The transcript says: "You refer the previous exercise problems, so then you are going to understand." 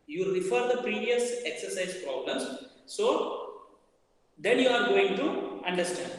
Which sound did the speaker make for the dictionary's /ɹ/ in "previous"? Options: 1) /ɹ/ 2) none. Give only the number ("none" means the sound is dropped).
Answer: 1